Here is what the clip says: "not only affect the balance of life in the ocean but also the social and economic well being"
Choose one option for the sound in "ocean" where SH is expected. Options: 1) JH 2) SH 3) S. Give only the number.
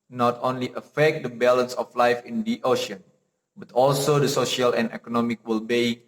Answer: 2